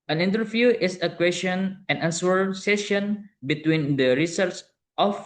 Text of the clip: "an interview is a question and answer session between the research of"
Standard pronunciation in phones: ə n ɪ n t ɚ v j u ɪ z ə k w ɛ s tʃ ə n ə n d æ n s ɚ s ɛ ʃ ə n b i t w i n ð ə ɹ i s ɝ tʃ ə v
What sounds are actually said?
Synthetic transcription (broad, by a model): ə n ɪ n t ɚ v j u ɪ s ə k w ɛ s tʃ ə n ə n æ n s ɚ s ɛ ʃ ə n b i t w i n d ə ɹ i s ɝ s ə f